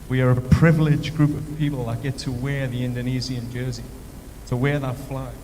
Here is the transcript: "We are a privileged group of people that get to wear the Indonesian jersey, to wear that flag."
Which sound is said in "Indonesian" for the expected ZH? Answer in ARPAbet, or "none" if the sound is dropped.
Z